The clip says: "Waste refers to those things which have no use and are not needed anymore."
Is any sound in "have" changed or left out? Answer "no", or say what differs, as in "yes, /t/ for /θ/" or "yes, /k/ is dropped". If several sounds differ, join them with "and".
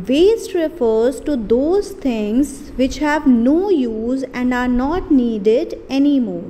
no